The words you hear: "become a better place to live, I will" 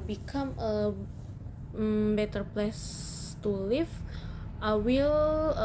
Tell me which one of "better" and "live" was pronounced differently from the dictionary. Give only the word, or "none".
live